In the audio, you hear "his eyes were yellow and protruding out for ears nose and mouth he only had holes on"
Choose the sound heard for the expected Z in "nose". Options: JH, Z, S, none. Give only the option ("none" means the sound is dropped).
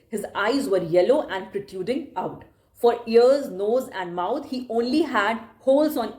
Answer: Z